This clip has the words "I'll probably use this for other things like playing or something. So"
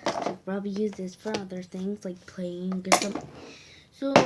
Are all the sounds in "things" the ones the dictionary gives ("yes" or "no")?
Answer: yes